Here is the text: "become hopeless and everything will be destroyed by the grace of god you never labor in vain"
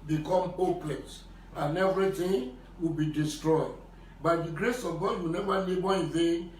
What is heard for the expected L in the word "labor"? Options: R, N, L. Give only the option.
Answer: N